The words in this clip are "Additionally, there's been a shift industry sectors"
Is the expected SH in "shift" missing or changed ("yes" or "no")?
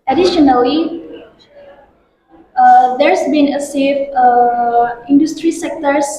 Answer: yes